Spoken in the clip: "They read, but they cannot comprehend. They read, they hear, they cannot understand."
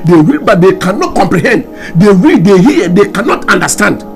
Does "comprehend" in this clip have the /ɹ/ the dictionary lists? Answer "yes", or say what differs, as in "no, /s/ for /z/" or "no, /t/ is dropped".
yes